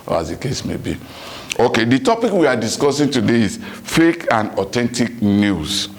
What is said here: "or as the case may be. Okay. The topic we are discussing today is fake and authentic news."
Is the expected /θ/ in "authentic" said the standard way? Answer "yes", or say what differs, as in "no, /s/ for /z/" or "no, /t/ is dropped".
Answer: no, /t/ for /θ/